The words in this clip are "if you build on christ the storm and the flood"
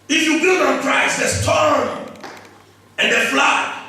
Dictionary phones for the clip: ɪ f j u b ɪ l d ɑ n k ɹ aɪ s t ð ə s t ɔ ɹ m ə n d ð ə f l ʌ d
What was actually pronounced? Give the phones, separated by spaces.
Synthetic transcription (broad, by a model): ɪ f j u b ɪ d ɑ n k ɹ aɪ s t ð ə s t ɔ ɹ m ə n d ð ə f l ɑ